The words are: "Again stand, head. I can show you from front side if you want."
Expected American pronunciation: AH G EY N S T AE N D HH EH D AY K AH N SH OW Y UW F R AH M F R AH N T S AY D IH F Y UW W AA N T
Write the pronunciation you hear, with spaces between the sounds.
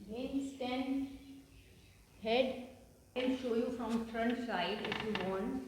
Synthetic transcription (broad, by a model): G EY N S T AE N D HH EH D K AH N SH OW Y UW F R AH M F R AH N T S AY D IH F Y UW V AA N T